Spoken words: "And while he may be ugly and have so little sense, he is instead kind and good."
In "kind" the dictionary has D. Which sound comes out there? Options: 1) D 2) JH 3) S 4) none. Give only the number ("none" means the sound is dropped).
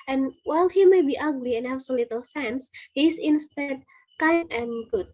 4